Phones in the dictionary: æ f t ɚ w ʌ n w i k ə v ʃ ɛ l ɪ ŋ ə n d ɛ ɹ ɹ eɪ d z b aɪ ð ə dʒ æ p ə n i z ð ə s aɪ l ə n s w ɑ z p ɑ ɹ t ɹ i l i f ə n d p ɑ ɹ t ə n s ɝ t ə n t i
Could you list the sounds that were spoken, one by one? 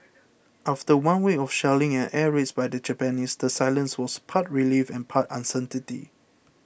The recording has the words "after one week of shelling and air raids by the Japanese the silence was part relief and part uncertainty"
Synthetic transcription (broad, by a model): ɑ f t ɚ w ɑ n w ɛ ə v ʃ ɛ l ɪ ŋ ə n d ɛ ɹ ɹ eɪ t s b aɪ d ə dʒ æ p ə n i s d ə s aɪ l ə n s w ɑ s p ɑ t ɹ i l i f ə n p ɑ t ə n s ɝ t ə t i